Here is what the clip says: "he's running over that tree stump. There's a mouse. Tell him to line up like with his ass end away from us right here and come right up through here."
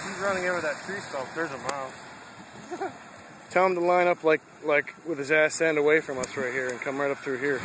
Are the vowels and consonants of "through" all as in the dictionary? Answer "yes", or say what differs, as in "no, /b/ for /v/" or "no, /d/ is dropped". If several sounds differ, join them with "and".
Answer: yes